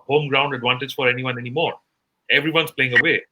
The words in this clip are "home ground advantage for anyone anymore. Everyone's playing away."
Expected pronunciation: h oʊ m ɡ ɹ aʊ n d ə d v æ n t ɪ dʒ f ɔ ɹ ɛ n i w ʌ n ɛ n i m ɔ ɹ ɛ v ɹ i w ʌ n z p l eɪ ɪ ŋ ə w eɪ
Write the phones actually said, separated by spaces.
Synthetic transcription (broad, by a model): h oʊ m ɡ ɹ aʊ n d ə d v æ n t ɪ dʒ f ɔ ɹ ɛ n i w ʌ n ɛ n i m ɔ ɹ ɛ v ɹ i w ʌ n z p l eɪ ɪ ŋ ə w eɪ